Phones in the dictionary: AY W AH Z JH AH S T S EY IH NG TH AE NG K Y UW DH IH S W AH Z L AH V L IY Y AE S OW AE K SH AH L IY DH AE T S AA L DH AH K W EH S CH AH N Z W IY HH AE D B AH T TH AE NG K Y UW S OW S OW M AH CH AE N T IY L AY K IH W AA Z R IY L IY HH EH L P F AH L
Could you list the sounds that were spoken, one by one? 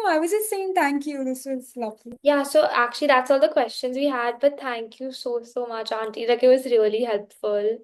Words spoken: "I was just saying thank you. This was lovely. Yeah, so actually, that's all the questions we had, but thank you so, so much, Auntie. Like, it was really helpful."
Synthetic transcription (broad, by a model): AY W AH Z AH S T S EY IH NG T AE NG K Y UW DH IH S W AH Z L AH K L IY Y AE S OW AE K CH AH L IY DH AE T S AA L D AH K W EH S CH AH N Z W IY HH AE D B AH T T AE NG K Y UW S OW S OW M AH CH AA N T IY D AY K IH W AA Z R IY L IY HH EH L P F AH L